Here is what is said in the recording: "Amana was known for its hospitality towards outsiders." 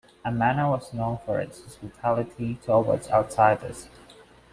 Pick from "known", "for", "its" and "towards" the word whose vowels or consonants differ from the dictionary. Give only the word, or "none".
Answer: towards